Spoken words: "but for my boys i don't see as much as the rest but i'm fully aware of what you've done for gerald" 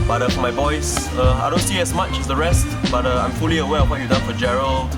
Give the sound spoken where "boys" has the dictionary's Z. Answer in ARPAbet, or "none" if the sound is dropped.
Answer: S